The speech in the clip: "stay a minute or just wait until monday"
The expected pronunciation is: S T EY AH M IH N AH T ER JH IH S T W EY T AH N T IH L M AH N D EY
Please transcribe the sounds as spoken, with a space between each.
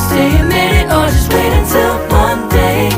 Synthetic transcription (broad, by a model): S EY AH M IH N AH ER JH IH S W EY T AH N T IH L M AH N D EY